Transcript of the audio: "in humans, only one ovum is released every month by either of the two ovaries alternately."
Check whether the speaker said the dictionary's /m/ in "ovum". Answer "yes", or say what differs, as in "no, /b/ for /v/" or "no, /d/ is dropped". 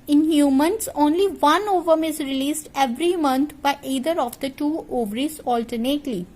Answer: yes